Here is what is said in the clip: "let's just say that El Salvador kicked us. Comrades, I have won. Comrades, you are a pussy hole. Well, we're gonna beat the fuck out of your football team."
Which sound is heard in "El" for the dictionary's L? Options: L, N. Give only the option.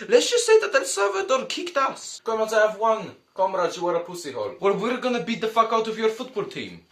N